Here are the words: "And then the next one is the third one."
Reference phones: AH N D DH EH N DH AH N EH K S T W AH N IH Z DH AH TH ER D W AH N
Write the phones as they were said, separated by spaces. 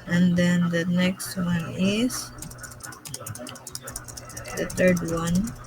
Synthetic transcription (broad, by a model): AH N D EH N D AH N EH K S T W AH N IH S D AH T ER D W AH N